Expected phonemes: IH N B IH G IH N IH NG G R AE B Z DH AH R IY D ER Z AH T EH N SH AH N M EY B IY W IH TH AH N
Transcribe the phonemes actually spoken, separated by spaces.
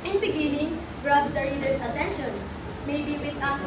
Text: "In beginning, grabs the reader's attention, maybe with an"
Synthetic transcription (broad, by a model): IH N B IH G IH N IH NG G R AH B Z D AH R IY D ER S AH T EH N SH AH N M EY B IY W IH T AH